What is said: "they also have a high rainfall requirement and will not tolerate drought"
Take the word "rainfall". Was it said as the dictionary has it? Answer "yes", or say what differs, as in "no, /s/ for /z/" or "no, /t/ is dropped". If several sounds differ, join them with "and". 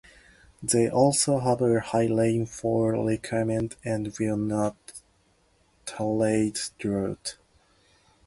no, /l/ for /ɹ/